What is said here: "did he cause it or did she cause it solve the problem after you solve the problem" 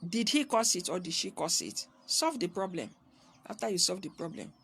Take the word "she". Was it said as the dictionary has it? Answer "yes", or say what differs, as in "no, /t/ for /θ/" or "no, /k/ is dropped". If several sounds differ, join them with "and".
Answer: yes